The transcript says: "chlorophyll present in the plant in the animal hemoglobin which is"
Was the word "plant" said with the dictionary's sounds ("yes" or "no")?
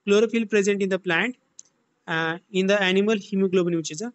yes